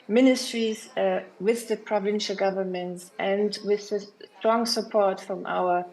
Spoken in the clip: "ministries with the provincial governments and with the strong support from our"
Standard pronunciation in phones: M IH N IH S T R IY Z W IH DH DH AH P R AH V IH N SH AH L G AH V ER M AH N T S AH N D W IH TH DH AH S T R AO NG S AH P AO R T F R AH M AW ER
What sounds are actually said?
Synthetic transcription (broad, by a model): M IH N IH S T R IY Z W IH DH DH AH P R AH V IH N SH AH L G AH V ER M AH N T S AH N D W IH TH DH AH S T R AO NG S AH P AO R T F R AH M AW ER